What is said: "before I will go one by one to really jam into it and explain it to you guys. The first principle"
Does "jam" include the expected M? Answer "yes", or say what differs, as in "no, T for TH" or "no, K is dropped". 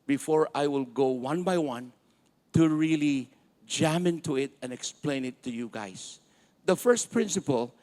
yes